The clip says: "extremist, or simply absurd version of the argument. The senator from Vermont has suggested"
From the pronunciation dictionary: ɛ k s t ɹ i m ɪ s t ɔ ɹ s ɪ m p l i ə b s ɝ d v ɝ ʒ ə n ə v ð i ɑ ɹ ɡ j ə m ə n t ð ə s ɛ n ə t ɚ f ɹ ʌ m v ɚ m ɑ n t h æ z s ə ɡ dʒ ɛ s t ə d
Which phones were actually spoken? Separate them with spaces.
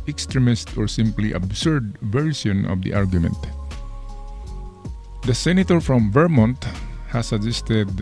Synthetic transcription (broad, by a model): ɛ k s t ɹ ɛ m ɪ s t ɔ ɹ s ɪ m p l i ə b s ɝ d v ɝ s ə n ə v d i ɑ ɹ ɡ j ə m ə n t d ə s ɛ n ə t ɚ f ɹ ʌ m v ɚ m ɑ n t h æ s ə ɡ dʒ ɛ s t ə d